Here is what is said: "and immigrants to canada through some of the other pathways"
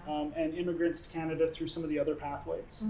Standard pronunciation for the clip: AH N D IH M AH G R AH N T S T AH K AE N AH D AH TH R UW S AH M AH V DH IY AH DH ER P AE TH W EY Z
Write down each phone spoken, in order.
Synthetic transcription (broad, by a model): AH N IH M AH G R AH N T S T K AE N AH D AH TH R UW S AH M AH V DH IY AH DH ER P AE TH W EY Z